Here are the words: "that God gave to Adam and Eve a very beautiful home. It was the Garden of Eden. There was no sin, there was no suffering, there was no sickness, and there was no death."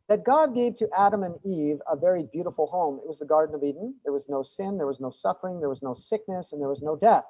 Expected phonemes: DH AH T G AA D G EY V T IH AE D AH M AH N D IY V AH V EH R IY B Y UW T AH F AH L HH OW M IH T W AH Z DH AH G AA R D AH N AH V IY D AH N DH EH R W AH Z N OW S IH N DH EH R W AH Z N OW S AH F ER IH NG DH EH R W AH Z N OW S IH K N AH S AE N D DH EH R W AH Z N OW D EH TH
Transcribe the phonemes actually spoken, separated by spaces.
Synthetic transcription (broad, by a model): DH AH T G AA D G EY V T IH AE D AH M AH N IY V AH V EH R IY B Y UW T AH F L HH OW M IH T W AH Z DH AH G AA R D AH N AH V IY D N DH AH R W AH Z N OW S IH N DH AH R W AH Z N OW S AH F ER IH NG DH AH R W AH Z N OW S IH K N AH S N DH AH R W AH Z N OW D EH TH